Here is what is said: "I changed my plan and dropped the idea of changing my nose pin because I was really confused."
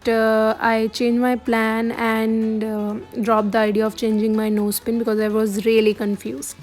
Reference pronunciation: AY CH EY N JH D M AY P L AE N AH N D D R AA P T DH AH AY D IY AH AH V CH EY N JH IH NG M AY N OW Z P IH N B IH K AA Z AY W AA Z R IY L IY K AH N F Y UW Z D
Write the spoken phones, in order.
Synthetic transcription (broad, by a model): AY CH EY N JH M AY P L AE N AH N D D R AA P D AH AY D IY AH AH V CH EY N JH IH NG M AY N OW S P IH N B IH K AA Z AY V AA Z R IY L IY K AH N F Y UW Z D